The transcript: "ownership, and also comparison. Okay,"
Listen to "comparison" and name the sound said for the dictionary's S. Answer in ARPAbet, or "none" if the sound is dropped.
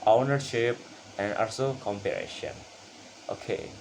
SH